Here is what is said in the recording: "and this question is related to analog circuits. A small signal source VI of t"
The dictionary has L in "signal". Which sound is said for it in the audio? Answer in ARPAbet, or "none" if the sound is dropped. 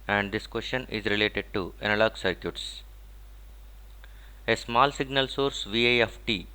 L